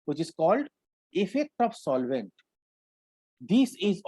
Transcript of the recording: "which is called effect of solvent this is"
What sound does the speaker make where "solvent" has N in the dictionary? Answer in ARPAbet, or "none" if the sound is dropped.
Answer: N